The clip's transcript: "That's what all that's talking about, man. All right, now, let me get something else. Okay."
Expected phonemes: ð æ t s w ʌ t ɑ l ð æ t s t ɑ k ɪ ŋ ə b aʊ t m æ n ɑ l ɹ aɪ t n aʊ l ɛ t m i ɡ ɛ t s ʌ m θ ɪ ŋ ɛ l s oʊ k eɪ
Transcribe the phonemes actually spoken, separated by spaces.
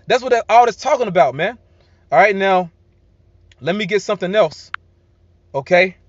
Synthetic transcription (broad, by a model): ð æ t s w ʌ t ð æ t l t ɑ k ɪ ŋ ə b aʊ t m æ n ɑ l ɹ aɪ t n aʊ l ɛ t m i ɡ ɛ t s ʌ m θ ɪ ŋ ɛ l s oʊ k eɪ